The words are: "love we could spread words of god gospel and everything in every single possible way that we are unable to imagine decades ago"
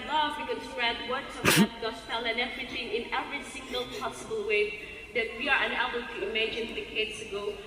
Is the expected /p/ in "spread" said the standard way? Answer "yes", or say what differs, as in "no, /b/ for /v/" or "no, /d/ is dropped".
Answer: no, /p/ is dropped